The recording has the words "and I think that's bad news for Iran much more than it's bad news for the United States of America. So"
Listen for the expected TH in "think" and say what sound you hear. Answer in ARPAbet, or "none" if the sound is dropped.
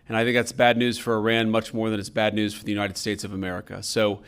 TH